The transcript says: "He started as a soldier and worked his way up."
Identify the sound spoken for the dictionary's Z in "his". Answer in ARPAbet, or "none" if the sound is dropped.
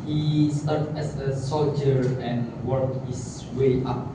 S